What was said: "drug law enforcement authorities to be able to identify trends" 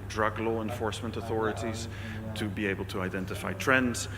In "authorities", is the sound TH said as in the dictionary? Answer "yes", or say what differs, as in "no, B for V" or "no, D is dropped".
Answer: yes